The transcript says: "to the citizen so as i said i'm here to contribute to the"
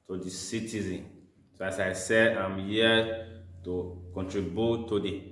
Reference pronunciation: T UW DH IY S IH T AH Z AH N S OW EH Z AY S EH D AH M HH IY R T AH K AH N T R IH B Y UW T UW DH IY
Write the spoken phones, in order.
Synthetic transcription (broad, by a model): T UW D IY S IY T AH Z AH N S OW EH S AY S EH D AH M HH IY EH T AH K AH N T R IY B Y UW T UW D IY